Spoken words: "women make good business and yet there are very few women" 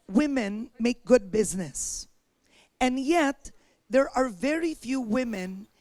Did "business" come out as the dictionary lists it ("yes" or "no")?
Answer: yes